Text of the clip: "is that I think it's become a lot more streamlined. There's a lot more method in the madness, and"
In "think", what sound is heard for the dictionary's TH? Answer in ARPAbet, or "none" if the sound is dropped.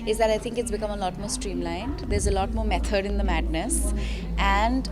T